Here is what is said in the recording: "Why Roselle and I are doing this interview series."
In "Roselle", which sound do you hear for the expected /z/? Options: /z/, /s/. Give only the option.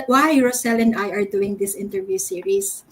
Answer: /s/